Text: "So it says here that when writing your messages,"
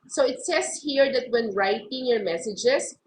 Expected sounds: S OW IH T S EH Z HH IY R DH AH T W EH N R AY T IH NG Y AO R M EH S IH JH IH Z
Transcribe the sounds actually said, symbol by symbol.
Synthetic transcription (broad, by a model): S OW IH T S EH S HH IY R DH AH T W EH N R AY T IH NG Y AO R M EH S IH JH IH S